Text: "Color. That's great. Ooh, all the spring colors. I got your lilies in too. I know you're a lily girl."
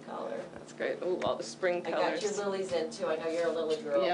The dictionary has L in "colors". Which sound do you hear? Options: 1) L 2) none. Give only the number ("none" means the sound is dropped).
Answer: 2